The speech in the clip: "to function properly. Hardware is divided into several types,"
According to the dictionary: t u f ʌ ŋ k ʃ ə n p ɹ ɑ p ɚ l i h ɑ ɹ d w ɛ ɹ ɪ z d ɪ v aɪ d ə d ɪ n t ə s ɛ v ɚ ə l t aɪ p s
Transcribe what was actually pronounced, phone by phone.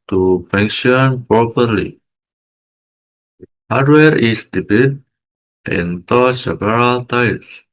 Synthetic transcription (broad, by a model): t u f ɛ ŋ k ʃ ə n p ɹ ɑ p ɚ l i h ɑ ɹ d w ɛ ɹ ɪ s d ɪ b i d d ɪ n t ə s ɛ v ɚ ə l t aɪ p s